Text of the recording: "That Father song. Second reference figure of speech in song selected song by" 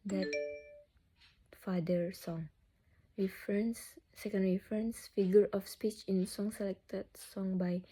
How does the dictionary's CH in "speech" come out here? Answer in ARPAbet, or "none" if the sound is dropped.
CH